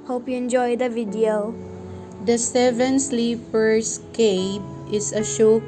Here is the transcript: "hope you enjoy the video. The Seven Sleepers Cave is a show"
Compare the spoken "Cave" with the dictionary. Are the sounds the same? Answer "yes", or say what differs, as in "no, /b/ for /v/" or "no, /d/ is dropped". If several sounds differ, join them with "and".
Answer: no, /p/ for /v/